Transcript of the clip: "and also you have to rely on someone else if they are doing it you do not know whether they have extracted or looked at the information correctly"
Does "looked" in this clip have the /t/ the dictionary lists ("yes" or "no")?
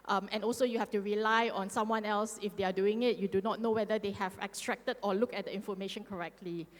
no